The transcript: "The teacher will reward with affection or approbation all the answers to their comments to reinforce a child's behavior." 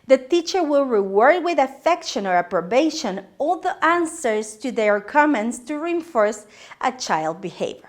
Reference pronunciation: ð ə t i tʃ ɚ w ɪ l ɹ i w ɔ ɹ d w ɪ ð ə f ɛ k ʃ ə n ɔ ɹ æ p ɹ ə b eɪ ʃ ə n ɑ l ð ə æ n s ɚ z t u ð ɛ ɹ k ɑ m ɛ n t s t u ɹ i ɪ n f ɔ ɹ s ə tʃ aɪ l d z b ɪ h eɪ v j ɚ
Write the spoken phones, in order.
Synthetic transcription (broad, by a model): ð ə t i tʃ ɚ w ɪ l ɹ i w ɔ ɹ d w ɪ ð ə f ɛ k ʃ ə n ɔ ɹ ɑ p ɹ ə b eɪ ʃ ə n ɑ l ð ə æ n s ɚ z t u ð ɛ ɹ k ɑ m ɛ n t s t u ɹ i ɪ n f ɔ ɹ s ə tʃ aɪ l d b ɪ h eɪ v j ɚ